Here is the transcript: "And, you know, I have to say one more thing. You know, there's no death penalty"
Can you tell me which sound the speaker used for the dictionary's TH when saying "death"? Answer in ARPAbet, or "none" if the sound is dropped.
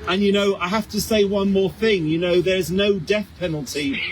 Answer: TH